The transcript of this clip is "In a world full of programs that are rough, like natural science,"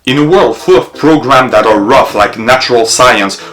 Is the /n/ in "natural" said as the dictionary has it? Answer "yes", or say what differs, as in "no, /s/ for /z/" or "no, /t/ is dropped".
yes